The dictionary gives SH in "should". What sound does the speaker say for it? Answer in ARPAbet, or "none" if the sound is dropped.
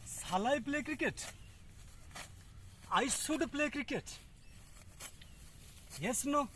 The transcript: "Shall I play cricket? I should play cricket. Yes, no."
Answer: S